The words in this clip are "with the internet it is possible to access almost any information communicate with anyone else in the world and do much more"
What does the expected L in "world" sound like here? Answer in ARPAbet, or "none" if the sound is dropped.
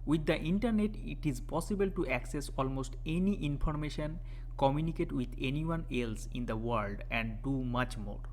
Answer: L